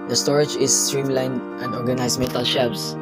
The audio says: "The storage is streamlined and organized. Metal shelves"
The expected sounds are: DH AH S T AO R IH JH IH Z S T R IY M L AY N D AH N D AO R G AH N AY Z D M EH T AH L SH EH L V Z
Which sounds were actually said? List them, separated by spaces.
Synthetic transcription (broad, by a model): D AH S T AO R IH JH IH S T R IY M L AY N AH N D AO R G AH N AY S M EH T AH L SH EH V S